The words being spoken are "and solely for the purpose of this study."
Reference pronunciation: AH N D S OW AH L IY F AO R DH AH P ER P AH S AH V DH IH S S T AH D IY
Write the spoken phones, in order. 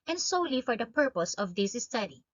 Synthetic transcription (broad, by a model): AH N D S OW AH L IY F AO R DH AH P ER P AH S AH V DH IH S S T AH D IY